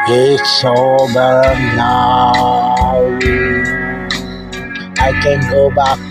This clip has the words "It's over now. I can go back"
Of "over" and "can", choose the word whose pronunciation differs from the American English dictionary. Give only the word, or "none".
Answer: over